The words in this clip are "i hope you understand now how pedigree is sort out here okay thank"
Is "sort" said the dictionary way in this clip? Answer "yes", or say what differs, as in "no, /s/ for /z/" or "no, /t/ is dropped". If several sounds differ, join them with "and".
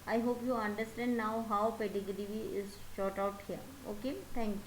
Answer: no, /ʃ/ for /s/